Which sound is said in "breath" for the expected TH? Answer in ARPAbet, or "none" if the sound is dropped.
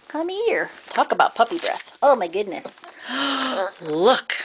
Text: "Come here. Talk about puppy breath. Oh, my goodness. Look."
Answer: TH